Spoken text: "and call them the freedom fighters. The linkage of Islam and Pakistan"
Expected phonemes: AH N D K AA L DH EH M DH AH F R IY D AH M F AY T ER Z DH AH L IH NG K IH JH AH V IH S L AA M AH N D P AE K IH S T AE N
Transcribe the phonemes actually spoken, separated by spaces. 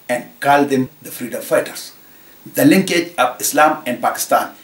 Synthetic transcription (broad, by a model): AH N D K AA L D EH M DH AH F R IY D AH M F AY T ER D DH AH L IH NG K IH JH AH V IH S L AA M AH N D P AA K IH S T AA N